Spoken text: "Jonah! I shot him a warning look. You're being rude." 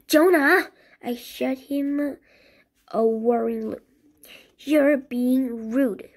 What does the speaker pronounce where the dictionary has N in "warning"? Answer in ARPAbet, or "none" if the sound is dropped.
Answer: none